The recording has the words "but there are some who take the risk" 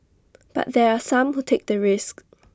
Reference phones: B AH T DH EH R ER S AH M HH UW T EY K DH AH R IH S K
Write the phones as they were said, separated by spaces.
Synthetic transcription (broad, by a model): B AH T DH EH R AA S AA M HH UW T EY K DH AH R IH S K